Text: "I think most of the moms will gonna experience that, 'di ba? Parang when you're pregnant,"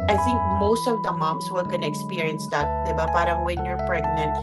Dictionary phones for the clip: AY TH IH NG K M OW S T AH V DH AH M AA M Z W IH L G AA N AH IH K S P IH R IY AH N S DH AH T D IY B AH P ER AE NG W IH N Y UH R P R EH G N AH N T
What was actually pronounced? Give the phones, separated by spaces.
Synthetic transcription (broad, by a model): AY TH IH NG K M OW S T AH V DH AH M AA M S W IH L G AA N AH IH K S P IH R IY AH N S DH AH T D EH B AH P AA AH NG W IH N Y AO R P R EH G N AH N T